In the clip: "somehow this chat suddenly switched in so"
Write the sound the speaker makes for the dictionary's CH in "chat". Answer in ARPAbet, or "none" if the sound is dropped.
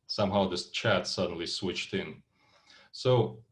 CH